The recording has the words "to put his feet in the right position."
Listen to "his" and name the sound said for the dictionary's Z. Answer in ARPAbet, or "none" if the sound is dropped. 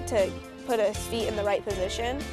S